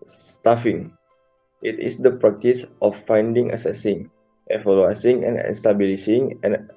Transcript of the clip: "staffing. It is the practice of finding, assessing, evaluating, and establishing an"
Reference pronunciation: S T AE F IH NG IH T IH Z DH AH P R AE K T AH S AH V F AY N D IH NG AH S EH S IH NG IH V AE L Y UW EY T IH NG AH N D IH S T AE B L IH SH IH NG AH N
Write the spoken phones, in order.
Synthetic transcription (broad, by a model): S T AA F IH NG IH T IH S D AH P R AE K T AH S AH F AY N D IH NG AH S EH S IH NG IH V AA L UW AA S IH NG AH N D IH S T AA B L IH S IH NG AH N